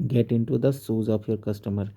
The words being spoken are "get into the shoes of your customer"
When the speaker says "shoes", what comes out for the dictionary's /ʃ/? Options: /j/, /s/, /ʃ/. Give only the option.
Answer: /s/